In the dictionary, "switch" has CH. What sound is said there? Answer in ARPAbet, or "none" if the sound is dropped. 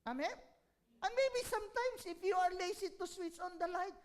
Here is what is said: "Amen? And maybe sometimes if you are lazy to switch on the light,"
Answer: S